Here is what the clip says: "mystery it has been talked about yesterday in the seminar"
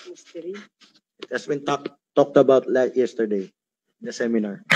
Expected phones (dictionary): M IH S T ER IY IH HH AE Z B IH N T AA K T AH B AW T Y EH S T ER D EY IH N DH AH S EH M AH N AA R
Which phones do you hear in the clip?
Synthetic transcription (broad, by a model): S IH T HH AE S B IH N T AA K T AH B AW T Y EH S T ER D EY IH N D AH S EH M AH N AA R